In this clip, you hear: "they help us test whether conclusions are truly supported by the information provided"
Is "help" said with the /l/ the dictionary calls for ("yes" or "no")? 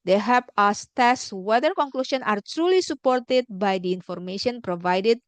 no